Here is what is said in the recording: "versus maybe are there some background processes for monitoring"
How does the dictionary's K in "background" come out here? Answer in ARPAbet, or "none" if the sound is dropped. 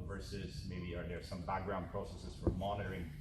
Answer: K